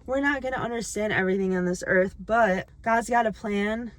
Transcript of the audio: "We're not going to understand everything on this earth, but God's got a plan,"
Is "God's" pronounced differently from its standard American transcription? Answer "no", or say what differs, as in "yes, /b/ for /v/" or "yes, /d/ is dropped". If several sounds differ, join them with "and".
no